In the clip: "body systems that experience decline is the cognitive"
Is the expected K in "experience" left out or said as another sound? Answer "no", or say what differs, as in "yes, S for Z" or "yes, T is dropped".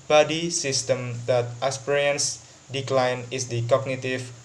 yes, K is dropped